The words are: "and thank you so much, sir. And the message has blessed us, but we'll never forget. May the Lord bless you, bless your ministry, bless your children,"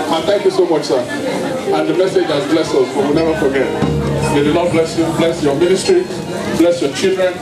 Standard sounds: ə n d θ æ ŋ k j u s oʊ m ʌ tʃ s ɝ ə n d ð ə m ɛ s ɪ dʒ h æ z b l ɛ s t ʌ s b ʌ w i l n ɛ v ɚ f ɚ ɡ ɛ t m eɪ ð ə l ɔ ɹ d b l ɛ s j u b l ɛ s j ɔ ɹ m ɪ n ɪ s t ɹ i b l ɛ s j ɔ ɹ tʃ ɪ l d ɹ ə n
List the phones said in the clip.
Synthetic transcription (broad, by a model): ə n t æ ŋ k j u s oʊ m ʌ tʃ s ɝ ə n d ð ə m ɛ s ɪ dʒ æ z b l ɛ s ʌ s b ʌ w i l n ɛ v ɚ f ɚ ɡ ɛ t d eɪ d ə n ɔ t b l ɛ s j u b l ɛ s j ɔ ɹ m ɪ n ɪ s t ɹ i b l ɛ s j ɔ tʃ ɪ l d ɹ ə n